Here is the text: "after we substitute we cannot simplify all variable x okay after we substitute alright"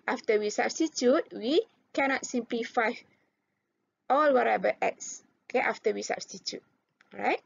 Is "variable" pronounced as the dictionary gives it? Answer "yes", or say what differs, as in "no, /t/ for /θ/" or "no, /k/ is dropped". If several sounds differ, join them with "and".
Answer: no, /w/ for /v/